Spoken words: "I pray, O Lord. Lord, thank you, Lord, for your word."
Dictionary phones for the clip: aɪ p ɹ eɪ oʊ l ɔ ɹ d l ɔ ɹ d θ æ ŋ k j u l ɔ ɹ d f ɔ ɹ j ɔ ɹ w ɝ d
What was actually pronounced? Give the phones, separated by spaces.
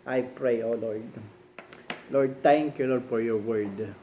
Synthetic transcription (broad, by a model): aɪ p ɹ eɪ oʊ l ɔ ɹ d l ɔ ɹ d t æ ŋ k j u l ɔ ɹ d f ɔ ɹ j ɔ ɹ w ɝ d